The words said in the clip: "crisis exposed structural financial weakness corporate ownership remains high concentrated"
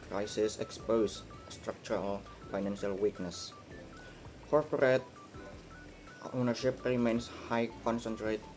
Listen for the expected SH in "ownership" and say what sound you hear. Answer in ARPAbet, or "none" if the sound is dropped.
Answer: SH